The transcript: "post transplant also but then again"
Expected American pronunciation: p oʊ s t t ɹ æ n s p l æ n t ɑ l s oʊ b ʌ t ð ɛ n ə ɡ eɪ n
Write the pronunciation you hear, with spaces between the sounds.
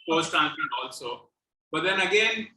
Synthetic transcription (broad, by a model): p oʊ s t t æ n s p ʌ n ɑ l s oʊ b ʌ t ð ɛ n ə ɡ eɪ n